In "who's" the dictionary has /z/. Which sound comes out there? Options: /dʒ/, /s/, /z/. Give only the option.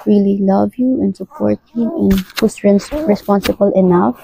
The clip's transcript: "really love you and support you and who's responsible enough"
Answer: /s/